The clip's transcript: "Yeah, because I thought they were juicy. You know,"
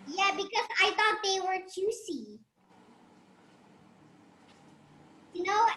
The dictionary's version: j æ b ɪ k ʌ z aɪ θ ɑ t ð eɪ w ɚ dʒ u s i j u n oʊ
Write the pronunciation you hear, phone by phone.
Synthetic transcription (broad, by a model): j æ b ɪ k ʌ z aɪ θ ɑ t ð eɪ w ɚ tʃ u s i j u n oʊ